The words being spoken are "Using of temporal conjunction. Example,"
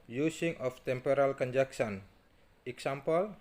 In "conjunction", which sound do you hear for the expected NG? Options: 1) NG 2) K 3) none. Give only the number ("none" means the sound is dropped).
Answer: 3